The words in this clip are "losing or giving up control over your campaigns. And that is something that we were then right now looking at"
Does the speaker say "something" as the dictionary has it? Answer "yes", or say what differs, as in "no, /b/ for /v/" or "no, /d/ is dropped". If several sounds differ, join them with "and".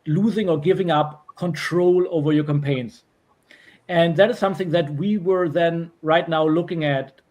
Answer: yes